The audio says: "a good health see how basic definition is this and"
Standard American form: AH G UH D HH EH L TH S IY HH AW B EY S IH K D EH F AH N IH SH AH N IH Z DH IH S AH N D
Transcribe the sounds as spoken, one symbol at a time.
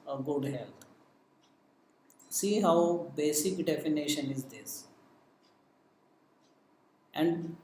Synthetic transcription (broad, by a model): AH G UH D HH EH L T S IY HH AW B EY S IH K D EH F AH N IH SH AH N IH Z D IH S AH N D